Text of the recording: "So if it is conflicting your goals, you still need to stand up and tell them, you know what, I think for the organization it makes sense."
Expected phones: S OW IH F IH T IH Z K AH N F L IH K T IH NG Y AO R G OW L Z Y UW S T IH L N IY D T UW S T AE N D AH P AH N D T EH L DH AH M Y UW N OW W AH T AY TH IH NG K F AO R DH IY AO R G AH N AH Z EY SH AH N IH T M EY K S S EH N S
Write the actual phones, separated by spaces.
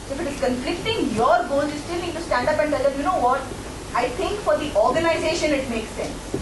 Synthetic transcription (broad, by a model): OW IH F IH T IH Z K AH N F L IH K T IH NG Y AO R G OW L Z Y UW S T IH L N IY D T UW S T AE N D AH P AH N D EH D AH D Y UW N OW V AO T AY T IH NG K F AO R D IY AO R G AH N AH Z EY SH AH N IH T M EY K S S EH N S